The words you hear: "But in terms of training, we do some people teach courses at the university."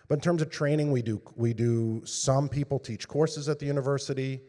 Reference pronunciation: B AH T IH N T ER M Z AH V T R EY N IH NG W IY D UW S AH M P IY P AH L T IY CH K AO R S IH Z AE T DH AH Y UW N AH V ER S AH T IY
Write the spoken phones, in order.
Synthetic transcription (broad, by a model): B AH T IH N T ER M Z AH V T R EY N IH NG W IY D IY S AH M P IY P L T IY CH K AO R S IH Z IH T DH AH Y UW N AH V ER S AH T IY